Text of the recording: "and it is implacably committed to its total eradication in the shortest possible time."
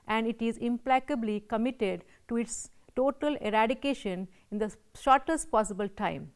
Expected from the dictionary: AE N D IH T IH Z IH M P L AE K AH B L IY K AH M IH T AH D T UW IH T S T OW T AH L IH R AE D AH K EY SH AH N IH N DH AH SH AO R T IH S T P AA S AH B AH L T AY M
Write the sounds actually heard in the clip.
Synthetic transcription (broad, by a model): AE N D IH T IH Z IH M P L AE K AH B L IY K AH M IH T AH D T UW IH T S T OW T AH L IH R AE D AH K EY SH AH N IH N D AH SH AO R T IH S T P AA S AH B AH L T AY M